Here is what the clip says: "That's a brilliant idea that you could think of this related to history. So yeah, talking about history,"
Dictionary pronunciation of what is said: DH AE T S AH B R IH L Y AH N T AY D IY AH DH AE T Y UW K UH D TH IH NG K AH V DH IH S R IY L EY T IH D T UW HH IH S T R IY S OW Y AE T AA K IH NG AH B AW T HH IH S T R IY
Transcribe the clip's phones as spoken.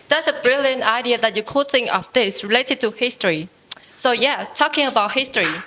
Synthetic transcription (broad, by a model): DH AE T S AH B R IH L Y AH N T AY D IY AH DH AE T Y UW K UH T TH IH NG AH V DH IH S R IY L EY T IH D T UW HH IH S T R IY S OW Y AE T AA K IH NG AH B AW T HH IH S T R IY